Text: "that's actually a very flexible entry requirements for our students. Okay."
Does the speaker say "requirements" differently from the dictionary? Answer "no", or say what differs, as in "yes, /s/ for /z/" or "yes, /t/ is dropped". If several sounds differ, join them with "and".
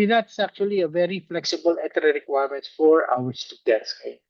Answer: yes, /s/ is dropped